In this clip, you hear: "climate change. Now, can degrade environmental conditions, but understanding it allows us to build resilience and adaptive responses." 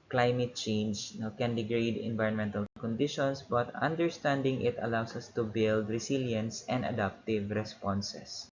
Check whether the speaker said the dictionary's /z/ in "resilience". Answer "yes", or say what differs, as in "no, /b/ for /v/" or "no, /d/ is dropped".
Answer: no, /s/ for /z/